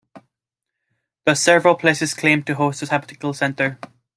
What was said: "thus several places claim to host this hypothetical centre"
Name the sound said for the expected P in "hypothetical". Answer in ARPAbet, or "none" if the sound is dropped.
B